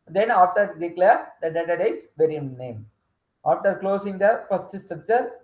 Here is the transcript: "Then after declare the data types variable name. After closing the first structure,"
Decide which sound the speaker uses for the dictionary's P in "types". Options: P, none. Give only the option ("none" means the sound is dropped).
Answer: none